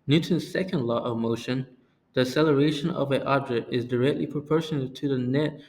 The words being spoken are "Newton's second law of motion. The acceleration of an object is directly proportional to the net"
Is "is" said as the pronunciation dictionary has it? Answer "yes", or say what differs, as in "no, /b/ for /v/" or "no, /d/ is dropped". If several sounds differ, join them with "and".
yes